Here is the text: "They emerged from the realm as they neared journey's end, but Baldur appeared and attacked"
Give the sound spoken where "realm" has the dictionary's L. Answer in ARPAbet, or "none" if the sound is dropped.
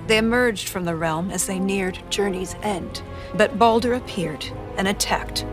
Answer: L